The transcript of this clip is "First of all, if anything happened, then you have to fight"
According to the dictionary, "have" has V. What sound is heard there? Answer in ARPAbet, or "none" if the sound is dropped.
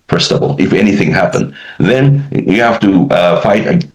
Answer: F